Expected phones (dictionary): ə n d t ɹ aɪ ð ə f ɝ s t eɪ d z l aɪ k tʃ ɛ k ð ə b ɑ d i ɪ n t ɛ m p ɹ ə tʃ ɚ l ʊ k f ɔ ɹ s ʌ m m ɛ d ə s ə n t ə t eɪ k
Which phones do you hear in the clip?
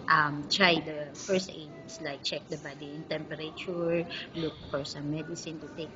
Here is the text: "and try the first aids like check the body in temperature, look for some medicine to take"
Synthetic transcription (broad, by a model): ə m t ɹ aɪ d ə f ɝ s t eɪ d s l aɪ k tʃ ɛ k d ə b ɑ d i ɪ n t ɛ m p ɹ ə tʃ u l ʊ k f ɔ ɹ s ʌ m m ɛ d ə s ə n t ə t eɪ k